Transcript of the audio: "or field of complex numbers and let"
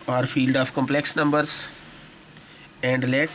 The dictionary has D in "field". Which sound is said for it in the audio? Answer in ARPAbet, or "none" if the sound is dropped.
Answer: D